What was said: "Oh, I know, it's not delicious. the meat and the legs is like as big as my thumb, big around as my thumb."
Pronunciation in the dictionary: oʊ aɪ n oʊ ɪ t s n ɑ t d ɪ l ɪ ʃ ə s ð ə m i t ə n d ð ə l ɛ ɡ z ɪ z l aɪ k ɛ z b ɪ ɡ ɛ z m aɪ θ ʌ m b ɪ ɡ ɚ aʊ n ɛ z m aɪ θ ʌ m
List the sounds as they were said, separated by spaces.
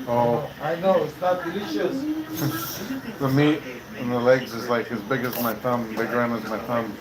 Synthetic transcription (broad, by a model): oʊ aɪ n oʊ ɪ t s n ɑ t d ɪ l ɪ ʃ ə s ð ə m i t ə n ð ə l ɛ ɡ z ɪ z l aɪ k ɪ z b ɪ ɡ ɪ z m aɪ θ ʌ m b ɪ ɡ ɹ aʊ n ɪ z m aɪ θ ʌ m